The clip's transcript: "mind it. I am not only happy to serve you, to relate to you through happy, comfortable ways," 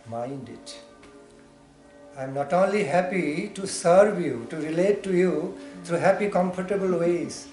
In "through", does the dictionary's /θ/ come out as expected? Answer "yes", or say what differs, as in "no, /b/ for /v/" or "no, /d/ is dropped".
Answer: no, /t/ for /θ/